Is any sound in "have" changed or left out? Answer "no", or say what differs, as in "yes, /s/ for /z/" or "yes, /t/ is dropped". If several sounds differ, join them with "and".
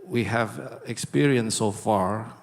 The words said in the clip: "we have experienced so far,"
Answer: no